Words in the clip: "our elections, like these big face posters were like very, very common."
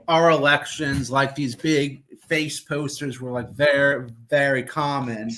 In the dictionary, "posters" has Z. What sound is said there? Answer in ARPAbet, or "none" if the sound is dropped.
Z